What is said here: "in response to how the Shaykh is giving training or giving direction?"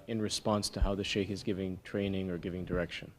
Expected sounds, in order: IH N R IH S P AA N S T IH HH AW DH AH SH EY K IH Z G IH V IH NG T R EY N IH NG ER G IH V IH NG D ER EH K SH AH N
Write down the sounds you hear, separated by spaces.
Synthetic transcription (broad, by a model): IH N R IH S P AA N S T IH HH AW DH AH SH EY K IH Z G IH V IH NG T R EY N IH NG ER G IH V IH NG D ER EH K SH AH N